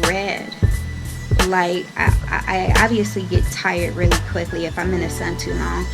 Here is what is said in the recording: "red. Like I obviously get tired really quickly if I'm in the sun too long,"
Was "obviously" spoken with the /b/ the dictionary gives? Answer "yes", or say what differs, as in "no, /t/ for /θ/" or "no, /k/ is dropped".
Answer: yes